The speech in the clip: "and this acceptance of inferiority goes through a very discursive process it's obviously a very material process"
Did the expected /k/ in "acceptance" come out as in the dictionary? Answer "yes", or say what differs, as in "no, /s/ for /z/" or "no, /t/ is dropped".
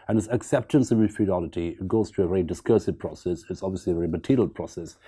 yes